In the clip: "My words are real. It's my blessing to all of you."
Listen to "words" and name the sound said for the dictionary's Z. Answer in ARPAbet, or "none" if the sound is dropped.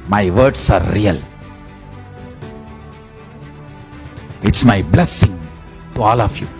S